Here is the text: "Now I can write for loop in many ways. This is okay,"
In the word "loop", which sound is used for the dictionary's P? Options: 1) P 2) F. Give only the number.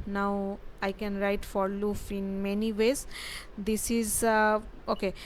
2